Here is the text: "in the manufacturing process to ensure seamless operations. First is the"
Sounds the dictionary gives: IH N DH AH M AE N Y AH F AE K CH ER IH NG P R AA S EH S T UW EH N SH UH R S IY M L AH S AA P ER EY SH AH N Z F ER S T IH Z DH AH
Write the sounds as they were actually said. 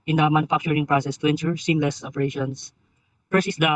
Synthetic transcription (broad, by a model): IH N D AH M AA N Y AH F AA K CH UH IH NG P R AA S EH S T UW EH N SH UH R S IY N L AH S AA P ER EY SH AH N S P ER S IH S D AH